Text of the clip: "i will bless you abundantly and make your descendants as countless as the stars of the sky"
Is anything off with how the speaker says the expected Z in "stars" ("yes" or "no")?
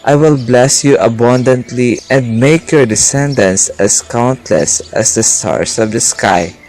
yes